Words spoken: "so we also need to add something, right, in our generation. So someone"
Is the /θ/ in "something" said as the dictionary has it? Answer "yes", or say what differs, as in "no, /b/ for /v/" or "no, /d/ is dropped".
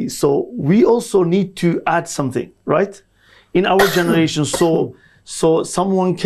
yes